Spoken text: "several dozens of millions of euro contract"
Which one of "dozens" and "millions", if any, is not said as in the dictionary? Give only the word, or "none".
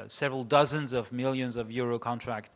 none